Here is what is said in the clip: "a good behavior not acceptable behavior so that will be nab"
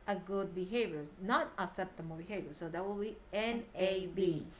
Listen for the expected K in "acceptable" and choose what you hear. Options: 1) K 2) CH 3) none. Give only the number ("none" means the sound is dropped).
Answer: 3